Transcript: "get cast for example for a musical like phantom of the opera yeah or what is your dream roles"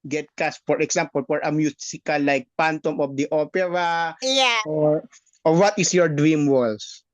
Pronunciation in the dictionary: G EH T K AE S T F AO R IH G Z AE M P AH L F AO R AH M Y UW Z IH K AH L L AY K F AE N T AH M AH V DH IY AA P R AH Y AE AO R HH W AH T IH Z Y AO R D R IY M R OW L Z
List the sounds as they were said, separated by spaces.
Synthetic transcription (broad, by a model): G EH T K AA S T F AO R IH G S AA M P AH L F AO R AH M Y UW S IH K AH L L AY K P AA N T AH M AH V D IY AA P R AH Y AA AO R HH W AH T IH S Y AO R D R IY M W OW L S